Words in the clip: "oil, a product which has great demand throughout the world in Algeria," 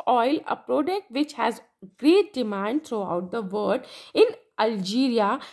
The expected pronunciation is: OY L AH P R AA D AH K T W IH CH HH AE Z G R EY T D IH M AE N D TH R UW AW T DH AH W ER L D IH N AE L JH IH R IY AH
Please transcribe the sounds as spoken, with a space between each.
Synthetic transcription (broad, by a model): OY L AH P R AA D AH K T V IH CH HH AE Z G R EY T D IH M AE N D T R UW AW T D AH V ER D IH N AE L JH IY R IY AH